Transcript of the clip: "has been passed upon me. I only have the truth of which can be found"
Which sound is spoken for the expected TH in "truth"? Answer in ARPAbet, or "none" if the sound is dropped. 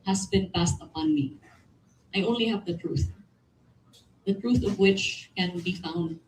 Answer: TH